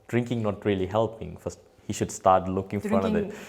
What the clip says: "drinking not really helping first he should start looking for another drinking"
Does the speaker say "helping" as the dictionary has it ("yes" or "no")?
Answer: yes